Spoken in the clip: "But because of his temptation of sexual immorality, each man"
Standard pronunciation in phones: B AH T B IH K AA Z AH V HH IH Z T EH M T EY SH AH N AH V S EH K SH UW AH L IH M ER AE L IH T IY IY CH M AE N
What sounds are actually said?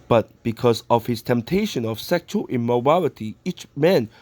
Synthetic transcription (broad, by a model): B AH T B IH K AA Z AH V HH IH S T EH M T EY SH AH N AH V S EH K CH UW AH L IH M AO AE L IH T IY IY CH M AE N